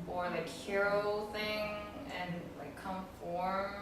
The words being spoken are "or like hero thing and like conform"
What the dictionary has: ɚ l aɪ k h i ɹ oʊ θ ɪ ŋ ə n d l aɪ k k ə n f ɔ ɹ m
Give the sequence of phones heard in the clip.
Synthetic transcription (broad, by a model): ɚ l aɪ k h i ɹ oʊ θ ɪ ŋ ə n l aɪ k k ə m f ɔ ɹ